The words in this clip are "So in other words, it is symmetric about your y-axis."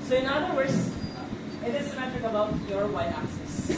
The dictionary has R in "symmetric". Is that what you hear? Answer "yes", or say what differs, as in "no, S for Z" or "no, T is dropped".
no, R is dropped